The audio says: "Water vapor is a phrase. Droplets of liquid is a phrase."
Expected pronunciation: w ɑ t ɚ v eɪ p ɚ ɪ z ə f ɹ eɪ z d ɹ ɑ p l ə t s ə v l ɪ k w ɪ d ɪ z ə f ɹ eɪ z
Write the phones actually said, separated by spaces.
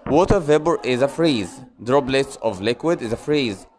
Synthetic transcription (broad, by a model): w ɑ t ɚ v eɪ b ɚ ɪ z ə f ɹ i z d ɹ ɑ b l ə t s ə v l ɪ k w ɪ d ɪ z ə f ɹ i z